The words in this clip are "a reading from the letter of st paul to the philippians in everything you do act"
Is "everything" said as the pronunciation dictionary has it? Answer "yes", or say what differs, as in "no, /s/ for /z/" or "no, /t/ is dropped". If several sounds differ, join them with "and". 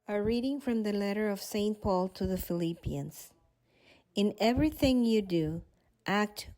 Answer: yes